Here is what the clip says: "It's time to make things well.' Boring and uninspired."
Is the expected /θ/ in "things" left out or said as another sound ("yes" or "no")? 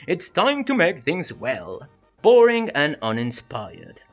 no